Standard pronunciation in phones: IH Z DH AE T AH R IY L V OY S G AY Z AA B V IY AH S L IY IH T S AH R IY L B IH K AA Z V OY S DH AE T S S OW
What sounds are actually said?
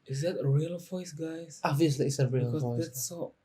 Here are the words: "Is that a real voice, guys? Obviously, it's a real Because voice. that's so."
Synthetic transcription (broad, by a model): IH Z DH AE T AH R IY L V OY S G AY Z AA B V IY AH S L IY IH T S AH R IY L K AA V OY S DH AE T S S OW